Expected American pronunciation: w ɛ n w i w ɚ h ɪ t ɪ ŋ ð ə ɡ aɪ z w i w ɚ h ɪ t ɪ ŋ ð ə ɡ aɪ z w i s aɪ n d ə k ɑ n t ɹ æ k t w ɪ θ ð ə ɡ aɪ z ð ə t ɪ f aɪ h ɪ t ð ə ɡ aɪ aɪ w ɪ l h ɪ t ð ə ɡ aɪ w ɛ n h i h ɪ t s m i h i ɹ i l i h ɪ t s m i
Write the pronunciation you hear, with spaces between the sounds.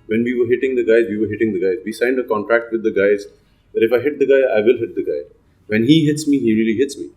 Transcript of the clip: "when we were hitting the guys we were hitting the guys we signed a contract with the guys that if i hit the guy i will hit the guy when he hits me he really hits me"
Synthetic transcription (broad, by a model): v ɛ n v i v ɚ h ɪ t ɪ ŋ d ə ɡ aɪ z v i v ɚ h ɪ t ɪ ŋ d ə ɡ aɪ z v i s aɪ n d ə k ɑ n t ɹ æ k t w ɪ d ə ɡ aɪ z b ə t ɪ f aɪ h ɪ t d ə ɡ aɪ aɪ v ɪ l h ɪ t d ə ɡ aɪ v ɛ n h i h ɪ t s m i h i ɹ i l i h ɪ t s m i